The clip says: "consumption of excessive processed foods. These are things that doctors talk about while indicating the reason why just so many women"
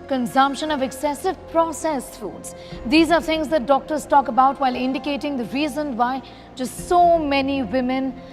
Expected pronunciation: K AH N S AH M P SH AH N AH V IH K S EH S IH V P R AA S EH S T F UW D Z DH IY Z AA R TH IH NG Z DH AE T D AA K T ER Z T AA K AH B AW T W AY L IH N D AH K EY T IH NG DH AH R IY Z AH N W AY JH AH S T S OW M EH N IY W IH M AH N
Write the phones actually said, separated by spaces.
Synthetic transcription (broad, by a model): K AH N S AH M P SH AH N AH V IH K S EH S IH V P R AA S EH S F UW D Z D IY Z AA R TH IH NG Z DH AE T D AA K T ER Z T AA K AH B AW T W AY L IH N D AH K EY T IH NG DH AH R IY Z AH N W AY JH AH S T S OW M EH N IY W IH M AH N